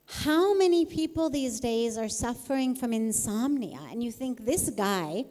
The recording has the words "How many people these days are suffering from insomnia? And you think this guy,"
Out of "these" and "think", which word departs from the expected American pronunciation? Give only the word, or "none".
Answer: none